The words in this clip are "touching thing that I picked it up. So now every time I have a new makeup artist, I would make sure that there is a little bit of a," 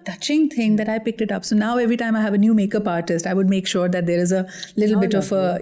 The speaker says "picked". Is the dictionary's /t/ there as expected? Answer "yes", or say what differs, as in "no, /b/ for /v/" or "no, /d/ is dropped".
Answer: yes